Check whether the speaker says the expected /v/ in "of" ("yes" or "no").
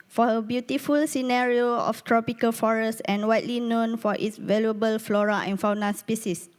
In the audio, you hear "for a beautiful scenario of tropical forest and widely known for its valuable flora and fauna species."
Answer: no